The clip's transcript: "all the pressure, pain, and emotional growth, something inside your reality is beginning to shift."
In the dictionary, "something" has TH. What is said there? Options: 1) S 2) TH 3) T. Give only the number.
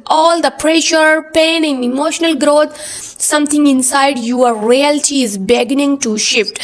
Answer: 3